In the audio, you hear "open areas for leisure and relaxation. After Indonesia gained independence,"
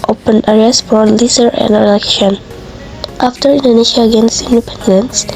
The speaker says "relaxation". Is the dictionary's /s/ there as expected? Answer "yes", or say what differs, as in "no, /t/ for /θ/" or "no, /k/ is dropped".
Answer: no, /s/ is dropped